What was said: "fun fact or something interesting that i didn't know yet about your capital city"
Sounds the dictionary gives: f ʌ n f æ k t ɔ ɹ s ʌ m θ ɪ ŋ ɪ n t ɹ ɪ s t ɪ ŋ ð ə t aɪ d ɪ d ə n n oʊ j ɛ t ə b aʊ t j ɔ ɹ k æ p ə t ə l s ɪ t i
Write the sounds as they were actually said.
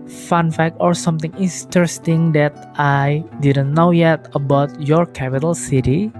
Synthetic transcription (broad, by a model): f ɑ n f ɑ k ɔ ɹ s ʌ m t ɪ ŋ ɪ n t ɹ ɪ s t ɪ ŋ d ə t aɪ d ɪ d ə n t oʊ j ɛ t ə b aʊ t j ɔ ɹ k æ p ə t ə l s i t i